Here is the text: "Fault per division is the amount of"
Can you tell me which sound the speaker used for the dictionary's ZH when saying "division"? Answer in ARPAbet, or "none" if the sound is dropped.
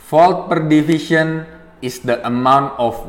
SH